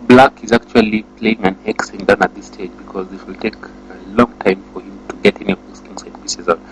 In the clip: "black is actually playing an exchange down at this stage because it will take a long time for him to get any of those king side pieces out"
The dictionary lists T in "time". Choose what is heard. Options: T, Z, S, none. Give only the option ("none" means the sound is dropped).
T